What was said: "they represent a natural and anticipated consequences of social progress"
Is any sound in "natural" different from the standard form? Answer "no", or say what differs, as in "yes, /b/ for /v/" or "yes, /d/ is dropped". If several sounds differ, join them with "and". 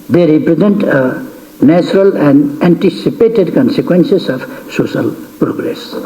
no